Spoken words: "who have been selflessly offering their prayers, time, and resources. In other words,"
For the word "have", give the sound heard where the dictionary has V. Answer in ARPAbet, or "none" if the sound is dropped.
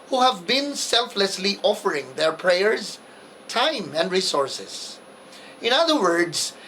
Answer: V